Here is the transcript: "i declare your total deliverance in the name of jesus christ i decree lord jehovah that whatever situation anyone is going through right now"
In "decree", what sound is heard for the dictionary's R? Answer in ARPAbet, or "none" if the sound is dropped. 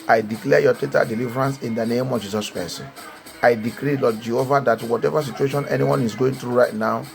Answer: R